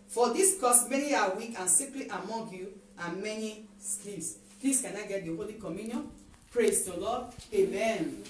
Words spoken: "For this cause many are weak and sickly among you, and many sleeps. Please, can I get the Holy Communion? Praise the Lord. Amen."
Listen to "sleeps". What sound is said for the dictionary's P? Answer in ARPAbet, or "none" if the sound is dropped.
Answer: none